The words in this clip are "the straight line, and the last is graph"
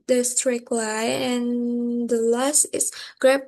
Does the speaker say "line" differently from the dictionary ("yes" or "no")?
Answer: yes